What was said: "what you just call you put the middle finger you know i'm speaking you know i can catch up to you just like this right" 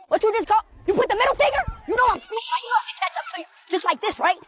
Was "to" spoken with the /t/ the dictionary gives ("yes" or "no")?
no